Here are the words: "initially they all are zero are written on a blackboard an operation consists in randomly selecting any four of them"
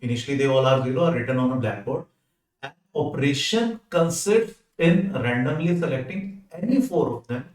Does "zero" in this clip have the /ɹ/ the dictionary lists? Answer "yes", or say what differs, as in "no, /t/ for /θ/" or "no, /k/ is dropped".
no, /l/ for /ɹ/